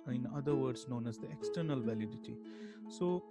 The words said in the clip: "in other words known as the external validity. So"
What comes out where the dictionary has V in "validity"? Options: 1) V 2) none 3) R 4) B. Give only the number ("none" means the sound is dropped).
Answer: 1